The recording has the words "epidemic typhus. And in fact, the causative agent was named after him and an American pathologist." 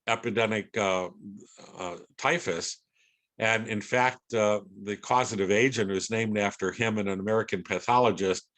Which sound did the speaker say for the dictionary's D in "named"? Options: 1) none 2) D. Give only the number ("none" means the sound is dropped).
2